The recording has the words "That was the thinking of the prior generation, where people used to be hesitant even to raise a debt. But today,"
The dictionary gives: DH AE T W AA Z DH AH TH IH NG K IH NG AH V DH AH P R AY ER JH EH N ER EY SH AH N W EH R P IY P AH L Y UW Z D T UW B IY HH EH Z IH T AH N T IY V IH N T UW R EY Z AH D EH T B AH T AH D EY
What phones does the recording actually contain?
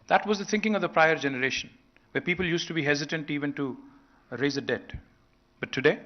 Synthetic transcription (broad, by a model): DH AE T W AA Z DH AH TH IH NG K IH NG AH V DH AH P R AY ER JH EH N ER EY SH AH N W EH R P IY P AH L Y UW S T UW B IY HH EH Z IH T AH N T IY V IH N T UW R EY Z AH D EH T B AH T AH D EY